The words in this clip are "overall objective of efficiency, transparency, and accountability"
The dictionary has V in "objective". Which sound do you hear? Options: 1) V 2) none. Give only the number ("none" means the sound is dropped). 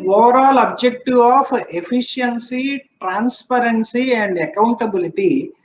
2